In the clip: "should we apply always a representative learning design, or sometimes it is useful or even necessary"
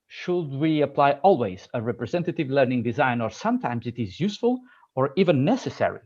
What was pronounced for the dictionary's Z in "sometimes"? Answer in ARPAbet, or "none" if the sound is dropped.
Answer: Z